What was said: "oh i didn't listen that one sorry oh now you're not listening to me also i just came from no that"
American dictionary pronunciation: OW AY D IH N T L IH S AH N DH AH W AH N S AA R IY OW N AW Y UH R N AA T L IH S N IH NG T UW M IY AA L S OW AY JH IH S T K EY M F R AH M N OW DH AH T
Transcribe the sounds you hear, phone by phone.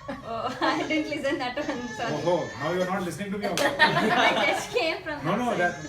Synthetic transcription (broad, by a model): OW AY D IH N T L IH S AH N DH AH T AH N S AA IY OW N AW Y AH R N AA T L IH S N IH NG T UW M IY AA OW AY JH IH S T K EY M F R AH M N OW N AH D